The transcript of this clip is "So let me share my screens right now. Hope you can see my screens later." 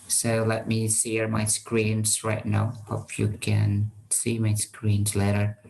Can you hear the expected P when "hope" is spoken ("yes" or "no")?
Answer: no